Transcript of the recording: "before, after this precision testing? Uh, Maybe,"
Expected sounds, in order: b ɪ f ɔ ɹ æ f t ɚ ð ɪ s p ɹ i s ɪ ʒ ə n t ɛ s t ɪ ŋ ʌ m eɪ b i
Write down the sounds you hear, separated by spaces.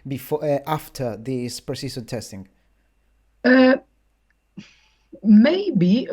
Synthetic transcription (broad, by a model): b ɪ f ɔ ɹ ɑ f t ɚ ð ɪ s p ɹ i s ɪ s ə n t ɛ s t ɪ ŋ ʌ m eɪ b i